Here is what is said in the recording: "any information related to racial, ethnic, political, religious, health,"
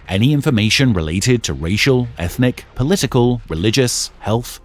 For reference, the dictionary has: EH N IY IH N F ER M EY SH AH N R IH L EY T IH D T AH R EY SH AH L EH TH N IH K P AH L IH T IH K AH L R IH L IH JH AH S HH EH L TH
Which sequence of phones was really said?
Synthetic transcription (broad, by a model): EH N IY IH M F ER M EY SH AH N R IH L EY T IH D T AH R EY SH AH L EH TH N IH K P AH L IH T IH K AH L R IH L IH JH AH S HH EH L TH